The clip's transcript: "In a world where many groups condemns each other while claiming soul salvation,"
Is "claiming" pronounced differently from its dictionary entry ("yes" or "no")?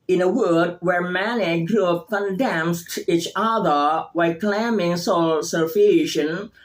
no